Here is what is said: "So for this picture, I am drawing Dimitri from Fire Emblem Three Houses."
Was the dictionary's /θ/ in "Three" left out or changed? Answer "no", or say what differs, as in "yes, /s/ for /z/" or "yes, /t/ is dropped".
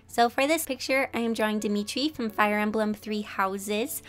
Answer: no